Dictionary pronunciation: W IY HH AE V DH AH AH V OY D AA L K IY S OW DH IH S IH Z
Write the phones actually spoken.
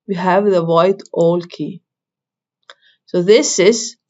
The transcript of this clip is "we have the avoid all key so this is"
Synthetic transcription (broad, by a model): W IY HH AE V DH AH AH IH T AA L K IY S OW DH IH S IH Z